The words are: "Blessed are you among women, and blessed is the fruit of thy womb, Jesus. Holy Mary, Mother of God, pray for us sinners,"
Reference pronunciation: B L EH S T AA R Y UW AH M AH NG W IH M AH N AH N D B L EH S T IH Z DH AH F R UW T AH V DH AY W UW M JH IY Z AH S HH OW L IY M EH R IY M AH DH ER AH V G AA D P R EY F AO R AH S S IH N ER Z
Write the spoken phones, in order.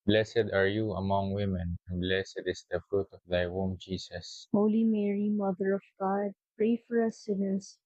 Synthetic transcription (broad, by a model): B L EH S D AA R Y UW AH M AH NG W IH M AH N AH N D B L EH S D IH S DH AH F R UW T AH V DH AY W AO M JH IY S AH S HH OW L IY M EH R IY M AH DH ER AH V G AA D P R EY F AO R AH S S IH N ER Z